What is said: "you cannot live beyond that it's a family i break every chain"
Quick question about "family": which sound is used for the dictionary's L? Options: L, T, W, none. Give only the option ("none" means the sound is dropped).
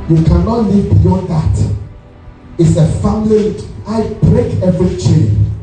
W